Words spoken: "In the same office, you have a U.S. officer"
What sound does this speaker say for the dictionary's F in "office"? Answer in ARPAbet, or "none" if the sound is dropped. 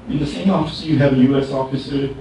F